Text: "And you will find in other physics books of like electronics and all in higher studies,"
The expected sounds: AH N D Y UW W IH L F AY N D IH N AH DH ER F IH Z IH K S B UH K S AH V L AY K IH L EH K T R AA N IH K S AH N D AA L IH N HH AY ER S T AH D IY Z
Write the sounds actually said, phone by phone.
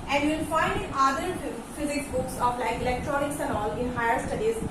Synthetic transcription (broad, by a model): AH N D Y UW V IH L F AY N D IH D AH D F IH Z IH K S B UH K S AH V L AY K IH L EH K T R AA N IH K S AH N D AA L IH N HH AY ER S T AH D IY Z